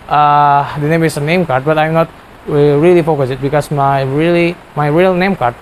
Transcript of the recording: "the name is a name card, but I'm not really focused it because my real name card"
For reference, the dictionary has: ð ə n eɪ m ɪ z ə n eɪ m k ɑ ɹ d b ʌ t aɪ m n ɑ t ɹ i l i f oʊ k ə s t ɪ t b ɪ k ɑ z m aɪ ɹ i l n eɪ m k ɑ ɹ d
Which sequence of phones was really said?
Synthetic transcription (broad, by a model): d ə n eɪ m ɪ s ə n eɪ m k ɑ ɹ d b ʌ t aɪ m n ɑ t ɹ i l i f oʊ k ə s ɪ t b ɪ k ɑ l m aɪ ɹ i l n eɪ m k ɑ ɹ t